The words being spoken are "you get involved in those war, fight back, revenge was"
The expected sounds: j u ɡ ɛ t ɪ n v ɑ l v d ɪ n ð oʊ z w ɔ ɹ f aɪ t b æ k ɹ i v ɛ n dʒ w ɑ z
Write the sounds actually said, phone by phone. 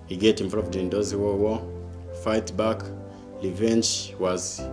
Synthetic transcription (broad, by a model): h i ɡ ɛ t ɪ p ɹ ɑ v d ɪ n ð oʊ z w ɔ w f aɪ t b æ k l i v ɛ n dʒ w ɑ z